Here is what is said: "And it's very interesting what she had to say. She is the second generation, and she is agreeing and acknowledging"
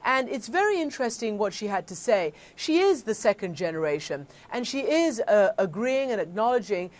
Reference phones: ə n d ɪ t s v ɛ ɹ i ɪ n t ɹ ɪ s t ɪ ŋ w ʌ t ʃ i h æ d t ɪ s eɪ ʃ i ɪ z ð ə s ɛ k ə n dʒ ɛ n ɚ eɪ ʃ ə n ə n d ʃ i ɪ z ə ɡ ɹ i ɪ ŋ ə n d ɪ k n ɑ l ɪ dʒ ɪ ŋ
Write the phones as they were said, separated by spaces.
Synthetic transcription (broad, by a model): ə n ɪ t s v ɛ ɹ i ɪ n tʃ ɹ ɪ s t ɪ ŋ w ʌ t ʃ i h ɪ d t ɪ s eɪ ʃ i ɪ z ð ə s ɛ k ə n dʒ ɛ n ɚ eɪ ʃ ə n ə n ʃ i ɪ z ə ɡ ɹ i ɪ ŋ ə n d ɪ k n ɑ l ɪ dʒ ɪ ŋ